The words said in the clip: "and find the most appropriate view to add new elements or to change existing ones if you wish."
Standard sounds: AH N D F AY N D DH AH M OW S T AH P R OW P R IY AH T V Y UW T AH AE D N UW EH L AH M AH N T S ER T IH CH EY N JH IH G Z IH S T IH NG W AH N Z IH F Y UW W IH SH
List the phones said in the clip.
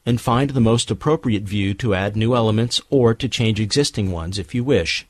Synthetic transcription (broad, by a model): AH N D F AY N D DH AH M OW S T AH P R OW P R IY AH T V Y UW T AH AE D N UW EH L AH M AH N T S ER T IH CH EY N JH IH G Z IH S T IH NG W AH N Z IH F Y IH W IH SH